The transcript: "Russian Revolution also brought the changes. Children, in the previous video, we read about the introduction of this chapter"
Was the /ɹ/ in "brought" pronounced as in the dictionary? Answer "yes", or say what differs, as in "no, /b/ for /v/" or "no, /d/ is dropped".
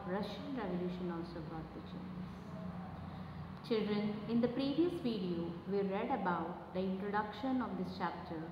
no, /ɹ/ is dropped